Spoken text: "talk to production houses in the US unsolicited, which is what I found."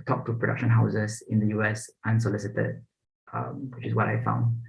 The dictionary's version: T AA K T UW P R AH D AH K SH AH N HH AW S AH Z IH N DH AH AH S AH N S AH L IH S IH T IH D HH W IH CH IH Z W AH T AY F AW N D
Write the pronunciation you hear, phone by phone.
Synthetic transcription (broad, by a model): T AA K T UW P R AH D AH K SH AH N HH AW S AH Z IH N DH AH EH S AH N S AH L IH S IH T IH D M W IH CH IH S W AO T AY F AW N D